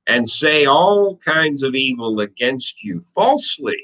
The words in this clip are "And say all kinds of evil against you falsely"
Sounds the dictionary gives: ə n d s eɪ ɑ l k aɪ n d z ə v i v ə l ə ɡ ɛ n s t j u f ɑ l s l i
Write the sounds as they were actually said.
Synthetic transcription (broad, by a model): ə n s eɪ ɑ l k aɪ n d z ə v i v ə l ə ɡ ɛ n s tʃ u f ɑ l s l i